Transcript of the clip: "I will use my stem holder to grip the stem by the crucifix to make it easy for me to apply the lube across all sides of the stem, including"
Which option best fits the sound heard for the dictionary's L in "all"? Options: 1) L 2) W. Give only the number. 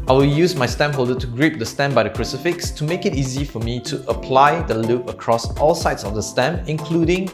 1